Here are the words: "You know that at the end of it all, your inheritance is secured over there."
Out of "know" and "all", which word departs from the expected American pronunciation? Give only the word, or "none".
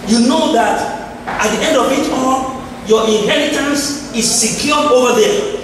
all